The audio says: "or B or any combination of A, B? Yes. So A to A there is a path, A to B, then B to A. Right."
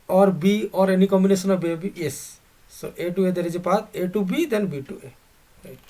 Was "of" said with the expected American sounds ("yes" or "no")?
no